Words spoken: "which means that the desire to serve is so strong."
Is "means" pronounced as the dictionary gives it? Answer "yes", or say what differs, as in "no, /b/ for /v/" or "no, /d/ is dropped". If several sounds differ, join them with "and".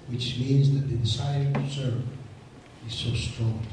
yes